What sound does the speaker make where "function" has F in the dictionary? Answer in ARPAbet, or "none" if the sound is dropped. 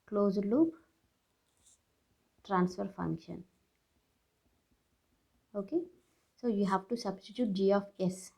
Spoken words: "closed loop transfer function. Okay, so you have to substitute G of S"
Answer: F